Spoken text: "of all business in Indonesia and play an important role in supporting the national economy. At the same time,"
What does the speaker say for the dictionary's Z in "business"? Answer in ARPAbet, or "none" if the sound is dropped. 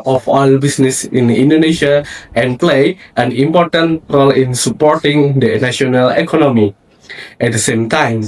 S